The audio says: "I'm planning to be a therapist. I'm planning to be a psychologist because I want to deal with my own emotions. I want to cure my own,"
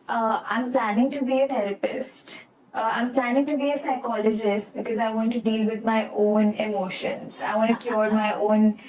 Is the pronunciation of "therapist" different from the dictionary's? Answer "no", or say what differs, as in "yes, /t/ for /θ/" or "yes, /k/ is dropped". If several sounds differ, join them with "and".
yes, /t/ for /θ/